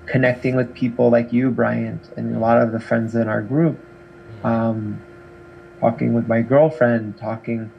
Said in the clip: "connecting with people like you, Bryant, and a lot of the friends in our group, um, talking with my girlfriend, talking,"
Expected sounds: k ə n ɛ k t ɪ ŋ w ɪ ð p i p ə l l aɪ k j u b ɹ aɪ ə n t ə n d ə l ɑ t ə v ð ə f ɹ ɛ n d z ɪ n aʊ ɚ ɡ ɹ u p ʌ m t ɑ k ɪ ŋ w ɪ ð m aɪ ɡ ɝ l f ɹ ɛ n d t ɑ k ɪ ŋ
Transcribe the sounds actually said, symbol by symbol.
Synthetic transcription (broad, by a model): k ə n ɛ k t ɪ ŋ w ɪ ð p i p l l aɪ k j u b ɹ aɪ ə n t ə n ə l ɑ t ə v ð ə f ɹ ɛ n d z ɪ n aʊ ɚ ɡ ɹ u p ʌ m t ɑ k ɪ ŋ w ɪ ð m aɪ ɡ ɝ l f ɹ ɛ n d t ɑ k ɪ ŋ